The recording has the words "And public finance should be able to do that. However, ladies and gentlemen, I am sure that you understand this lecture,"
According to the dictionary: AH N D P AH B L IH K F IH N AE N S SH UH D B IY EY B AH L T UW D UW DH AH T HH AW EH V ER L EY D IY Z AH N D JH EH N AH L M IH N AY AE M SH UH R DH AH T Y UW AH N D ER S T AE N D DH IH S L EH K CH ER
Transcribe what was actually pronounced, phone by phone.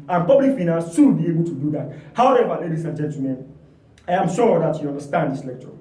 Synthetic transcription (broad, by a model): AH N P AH B L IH K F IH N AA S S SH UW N B IY EY B AH L T UW D UW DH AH T HH AW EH V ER L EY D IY S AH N JH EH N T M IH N AY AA M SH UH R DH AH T Y UW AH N D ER S T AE N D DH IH S L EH K CH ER